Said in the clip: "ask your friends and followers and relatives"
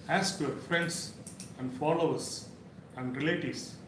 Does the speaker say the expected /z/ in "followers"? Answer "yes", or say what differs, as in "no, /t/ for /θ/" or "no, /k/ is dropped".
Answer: no, /s/ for /z/